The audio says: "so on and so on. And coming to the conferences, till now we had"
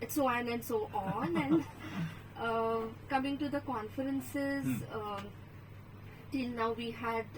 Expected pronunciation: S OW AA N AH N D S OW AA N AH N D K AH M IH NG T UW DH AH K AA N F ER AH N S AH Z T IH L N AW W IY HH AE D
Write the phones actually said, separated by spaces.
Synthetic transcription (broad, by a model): S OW AA N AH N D S OW AA N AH N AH K AH M IH NG T UW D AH K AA N F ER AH N S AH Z T IH L N AW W IY HH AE D